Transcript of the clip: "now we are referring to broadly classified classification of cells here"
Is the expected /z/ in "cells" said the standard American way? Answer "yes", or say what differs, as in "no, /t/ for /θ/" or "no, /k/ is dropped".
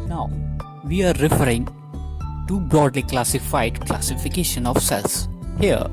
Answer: no, /s/ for /z/